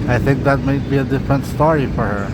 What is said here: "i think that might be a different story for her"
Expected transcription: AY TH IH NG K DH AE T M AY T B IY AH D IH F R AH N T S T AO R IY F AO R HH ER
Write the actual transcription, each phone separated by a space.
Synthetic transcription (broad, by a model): AY TH IH NG K DH AE T M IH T B IY AH D IH F R AH N T S T AO R IY F AO R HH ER